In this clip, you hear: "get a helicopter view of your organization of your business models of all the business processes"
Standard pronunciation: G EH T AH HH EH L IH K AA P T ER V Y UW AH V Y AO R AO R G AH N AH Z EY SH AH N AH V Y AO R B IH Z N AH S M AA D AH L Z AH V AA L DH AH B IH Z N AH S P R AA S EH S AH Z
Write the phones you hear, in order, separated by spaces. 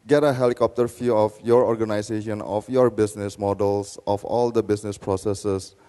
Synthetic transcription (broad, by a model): G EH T AH HH EH L IH K AA P T ER F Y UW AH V Y AO R AO R G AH N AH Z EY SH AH N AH F Y AO R B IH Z N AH S M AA D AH L S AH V AA L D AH B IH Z N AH S P R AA S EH S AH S